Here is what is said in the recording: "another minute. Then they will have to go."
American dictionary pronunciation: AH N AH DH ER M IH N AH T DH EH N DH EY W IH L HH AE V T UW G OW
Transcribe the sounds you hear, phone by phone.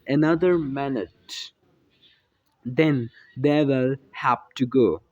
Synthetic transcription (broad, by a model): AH N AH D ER M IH N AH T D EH N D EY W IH L HH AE P T UW G OW